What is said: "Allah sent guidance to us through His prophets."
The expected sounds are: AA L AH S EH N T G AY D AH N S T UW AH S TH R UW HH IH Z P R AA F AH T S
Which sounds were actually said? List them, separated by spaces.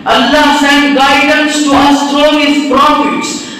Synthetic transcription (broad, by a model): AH L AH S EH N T G AY D AH N S T UW AH S T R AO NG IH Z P R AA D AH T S